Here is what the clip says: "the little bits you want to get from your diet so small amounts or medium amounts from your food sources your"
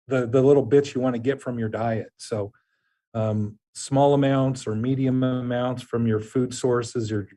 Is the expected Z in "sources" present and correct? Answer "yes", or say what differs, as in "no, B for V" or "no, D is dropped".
yes